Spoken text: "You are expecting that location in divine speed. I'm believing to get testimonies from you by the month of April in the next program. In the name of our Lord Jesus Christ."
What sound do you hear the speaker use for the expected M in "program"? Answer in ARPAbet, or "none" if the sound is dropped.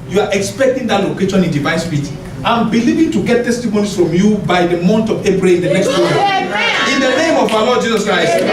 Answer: none